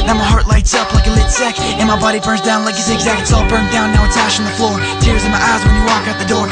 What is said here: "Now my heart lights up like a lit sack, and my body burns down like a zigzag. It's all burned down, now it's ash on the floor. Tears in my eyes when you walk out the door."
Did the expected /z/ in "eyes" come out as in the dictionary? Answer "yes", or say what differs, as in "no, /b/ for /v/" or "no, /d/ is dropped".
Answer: yes